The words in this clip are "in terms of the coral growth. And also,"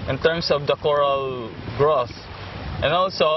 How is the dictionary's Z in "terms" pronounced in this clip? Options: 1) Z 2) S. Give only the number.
2